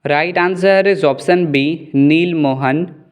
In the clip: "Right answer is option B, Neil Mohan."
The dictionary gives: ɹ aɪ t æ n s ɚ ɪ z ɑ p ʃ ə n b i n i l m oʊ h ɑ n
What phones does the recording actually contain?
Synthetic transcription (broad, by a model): ɹ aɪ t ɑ n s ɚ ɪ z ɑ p s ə n b i n i l m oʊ h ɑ n